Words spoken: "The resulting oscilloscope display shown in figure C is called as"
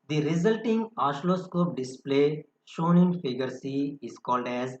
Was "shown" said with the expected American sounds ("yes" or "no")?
yes